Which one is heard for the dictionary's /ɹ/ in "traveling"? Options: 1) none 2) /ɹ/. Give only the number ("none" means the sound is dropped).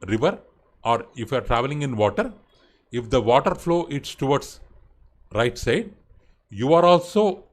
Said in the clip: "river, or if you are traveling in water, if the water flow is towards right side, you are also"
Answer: 2